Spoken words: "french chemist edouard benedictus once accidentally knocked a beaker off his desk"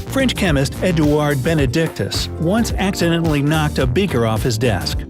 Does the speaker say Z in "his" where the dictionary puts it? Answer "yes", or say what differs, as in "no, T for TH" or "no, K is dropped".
yes